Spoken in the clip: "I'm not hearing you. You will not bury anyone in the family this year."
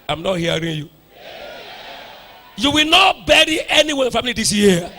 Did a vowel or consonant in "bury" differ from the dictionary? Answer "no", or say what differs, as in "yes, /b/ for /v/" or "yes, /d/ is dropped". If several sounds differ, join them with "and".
no